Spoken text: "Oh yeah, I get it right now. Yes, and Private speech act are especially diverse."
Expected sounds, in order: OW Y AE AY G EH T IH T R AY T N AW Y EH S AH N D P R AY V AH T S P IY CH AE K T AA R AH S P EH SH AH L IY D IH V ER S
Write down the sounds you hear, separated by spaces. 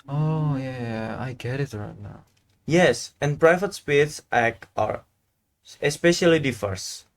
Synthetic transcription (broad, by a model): OW Y AE AY G EH T IH T R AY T N AW Y EH S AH N P R AY V AH T S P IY S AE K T AA R AH S P EH SH AH L IY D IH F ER S